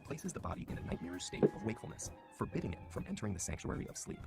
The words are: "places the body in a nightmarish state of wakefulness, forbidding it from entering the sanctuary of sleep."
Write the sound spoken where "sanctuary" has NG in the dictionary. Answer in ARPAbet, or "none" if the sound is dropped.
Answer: NG